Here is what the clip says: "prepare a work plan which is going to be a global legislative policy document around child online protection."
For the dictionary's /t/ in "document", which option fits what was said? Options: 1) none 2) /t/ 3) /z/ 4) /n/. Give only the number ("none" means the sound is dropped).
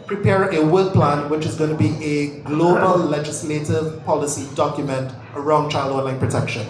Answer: 2